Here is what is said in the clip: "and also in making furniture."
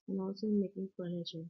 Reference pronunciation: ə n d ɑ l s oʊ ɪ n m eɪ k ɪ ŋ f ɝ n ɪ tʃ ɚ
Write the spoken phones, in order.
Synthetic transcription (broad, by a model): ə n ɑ s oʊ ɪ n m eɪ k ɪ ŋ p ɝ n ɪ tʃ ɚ